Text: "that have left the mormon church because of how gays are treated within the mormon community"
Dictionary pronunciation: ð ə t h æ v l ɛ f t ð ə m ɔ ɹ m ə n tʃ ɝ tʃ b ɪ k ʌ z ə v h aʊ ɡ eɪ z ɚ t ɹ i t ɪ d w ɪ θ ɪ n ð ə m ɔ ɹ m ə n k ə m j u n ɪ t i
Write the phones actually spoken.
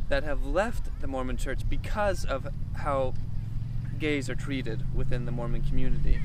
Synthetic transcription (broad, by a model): ð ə t h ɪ v l ɛ f t ð ə m ɔ ɹ m ə n tʃ ɝ tʃ b ɪ k ʌ z ə v h aʊ ɡ eɪ z ɚ t ɹ i t ɪ d w ɪ θ ɪ n ð ə m ɔ ɹ m ə n k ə m j u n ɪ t i